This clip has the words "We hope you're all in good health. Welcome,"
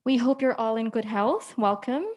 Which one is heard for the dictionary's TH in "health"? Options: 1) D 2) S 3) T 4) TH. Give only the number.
4